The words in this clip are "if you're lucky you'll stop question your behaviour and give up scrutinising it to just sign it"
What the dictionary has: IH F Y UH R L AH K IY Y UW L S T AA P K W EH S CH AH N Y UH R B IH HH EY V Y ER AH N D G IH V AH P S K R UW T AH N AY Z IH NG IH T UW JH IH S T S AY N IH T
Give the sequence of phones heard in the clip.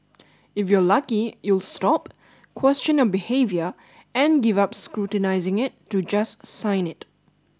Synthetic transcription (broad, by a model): IH F Y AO L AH K IY Y UW L S T AA P K W EH S CH AH N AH B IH HH EY V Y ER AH N G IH V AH P S K R UW T AH N AY Z IH NG IH T UW JH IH S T S AY N IH T